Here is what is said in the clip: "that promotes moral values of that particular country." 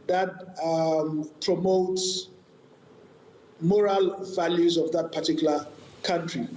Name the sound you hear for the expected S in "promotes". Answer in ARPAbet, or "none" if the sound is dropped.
S